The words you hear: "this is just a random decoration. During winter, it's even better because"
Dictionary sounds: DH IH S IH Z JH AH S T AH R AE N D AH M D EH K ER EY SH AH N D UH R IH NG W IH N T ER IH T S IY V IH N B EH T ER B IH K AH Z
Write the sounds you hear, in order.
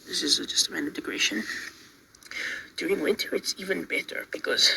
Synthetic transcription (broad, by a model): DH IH S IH Z JH AH S T AH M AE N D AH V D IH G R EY SH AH N D UH R IH NG W IH N T ER IH T S IY V IH N B EH T ER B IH K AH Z